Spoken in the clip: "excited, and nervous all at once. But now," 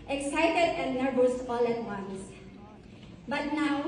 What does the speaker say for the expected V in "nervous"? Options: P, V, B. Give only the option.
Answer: B